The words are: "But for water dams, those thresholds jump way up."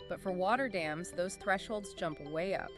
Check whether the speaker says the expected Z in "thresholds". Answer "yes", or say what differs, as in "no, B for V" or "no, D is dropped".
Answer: yes